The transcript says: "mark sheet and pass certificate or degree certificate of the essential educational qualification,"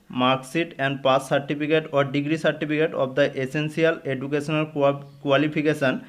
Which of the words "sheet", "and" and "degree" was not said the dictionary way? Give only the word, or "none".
sheet